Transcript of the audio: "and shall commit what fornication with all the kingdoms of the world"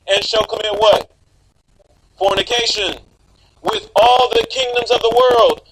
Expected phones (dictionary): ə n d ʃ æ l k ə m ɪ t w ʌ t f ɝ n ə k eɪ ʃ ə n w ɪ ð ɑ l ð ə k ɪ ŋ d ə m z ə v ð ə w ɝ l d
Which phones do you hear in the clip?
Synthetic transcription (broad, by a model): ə n ʃ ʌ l k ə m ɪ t w ʌ t f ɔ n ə k eɪ ʃ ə n w ɪ ð ɑ l ð ə k ɪ ŋ d ə m z ə v ð ə w ɝ l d